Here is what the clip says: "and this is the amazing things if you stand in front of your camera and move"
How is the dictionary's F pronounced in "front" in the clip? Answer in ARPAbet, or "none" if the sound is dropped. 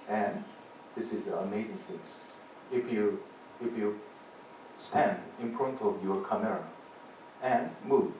P